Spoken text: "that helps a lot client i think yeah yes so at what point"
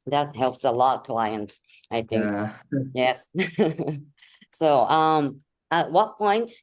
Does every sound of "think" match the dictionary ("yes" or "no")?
yes